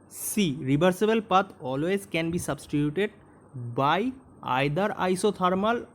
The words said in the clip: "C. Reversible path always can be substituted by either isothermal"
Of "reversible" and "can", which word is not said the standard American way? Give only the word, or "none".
reversible